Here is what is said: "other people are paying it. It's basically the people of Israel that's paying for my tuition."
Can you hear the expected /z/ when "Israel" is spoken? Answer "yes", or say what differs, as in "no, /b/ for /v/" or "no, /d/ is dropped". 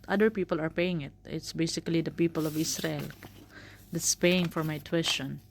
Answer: no, /s/ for /z/